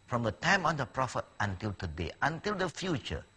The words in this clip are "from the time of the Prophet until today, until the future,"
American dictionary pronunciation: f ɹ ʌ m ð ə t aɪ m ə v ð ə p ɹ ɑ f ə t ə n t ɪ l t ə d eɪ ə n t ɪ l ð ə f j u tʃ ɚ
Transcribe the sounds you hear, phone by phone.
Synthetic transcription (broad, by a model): f ɹ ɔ m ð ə t aɪ m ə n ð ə p ɹ ɑ f ə t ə n t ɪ l t ə d eɪ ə n t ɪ l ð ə f j u tʃ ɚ